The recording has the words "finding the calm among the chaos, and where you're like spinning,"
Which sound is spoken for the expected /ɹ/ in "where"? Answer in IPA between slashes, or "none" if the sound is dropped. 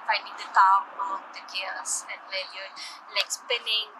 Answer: /l/